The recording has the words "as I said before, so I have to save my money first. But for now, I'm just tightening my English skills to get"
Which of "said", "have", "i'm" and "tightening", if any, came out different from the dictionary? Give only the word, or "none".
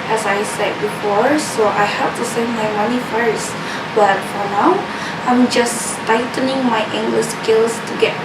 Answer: have